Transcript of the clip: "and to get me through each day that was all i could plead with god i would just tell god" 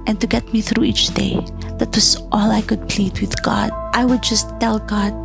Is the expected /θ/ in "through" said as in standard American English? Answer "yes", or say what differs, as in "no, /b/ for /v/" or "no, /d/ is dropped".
yes